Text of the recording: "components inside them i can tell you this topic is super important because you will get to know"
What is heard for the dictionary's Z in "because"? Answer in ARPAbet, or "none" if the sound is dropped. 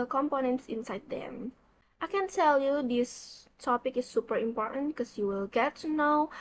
S